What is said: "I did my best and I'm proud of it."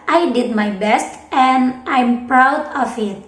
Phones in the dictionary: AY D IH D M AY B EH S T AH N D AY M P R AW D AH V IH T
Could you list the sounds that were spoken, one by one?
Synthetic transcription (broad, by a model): AY D IH D M AY B EH S T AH N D AY M P R AW D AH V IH T